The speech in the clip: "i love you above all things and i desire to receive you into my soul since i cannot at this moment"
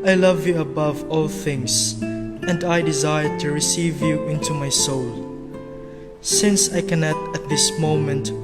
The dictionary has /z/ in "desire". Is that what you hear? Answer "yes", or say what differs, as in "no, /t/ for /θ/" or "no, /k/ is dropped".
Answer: yes